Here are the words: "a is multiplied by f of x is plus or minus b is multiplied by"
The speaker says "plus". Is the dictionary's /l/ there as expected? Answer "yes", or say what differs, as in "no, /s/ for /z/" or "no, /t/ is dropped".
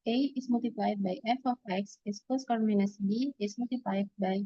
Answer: no, /l/ is dropped